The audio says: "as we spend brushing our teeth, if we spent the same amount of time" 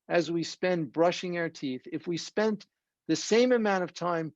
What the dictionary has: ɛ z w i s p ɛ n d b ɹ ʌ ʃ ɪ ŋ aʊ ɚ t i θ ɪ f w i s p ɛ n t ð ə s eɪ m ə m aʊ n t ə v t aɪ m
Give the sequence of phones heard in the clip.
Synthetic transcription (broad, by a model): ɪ z w i s p ɛ n b ɹ ʌ ʃ ɪ ŋ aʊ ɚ t i θ ɪ f w i s p ɛ n ð ə s eɪ m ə m aʊ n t ə v t aɪ m